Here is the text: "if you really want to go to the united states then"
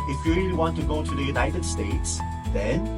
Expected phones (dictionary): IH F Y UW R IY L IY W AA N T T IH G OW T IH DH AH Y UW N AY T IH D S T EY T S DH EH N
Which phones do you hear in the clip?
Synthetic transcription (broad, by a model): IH F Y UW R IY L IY W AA N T T IH G OW T IH DH AH Y UW N AY T IH D S T EY T S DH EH N